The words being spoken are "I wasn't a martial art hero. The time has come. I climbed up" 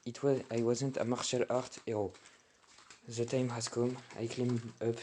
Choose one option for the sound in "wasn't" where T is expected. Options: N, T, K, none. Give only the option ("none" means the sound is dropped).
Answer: T